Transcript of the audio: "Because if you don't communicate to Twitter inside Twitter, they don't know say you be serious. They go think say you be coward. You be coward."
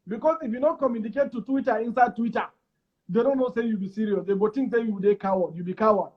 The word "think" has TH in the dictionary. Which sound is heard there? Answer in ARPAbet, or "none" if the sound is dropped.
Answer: T